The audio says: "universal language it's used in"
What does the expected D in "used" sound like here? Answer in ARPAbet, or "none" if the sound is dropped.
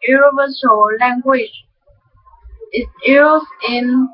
none